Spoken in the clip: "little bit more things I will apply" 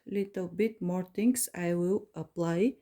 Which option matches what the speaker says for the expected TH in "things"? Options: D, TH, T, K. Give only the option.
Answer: T